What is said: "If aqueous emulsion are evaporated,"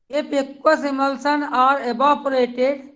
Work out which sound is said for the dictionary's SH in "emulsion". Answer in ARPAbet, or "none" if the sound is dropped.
S